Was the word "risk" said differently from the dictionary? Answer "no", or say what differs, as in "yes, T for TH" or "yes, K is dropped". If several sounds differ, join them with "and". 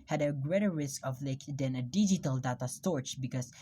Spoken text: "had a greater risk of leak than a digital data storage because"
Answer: no